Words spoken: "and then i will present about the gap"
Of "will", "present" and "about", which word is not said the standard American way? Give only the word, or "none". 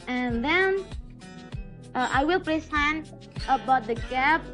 present